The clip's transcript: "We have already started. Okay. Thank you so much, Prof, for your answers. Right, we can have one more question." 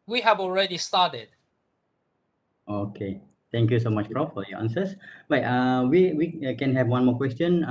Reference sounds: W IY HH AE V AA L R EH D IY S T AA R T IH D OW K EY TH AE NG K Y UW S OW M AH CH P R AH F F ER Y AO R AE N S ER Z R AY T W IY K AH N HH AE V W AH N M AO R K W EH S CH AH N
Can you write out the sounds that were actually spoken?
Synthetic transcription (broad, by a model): W IY HH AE V AA L R EH D IY S T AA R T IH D OW K EY T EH NG K Y UW S OW M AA CH B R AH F F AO Y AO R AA N S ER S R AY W W IY K AH N HH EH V W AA N M AO K W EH S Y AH N